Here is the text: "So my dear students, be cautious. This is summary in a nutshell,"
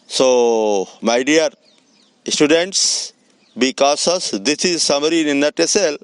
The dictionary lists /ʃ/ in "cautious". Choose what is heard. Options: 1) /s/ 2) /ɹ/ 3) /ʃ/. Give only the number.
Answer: 1